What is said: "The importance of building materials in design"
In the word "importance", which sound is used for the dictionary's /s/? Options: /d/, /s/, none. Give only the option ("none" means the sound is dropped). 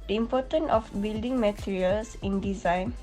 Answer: none